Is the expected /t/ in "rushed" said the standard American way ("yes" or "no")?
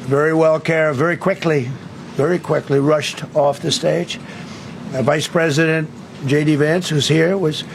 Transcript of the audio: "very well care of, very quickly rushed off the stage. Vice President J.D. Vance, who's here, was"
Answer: yes